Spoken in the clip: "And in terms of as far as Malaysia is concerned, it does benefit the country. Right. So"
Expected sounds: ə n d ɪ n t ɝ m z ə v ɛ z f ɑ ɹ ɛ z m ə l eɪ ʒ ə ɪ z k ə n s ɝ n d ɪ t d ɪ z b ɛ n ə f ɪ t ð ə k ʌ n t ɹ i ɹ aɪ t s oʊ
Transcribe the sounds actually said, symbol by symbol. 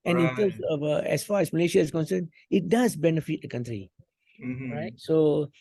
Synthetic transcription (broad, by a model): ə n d ɪ n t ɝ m s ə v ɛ s f ɑ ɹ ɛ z m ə l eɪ ʃ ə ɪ s k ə n s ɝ n ɪ t d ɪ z b ɛ n ə f ɪ t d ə k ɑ n t ɹ i ɹ aɪ t s oʊ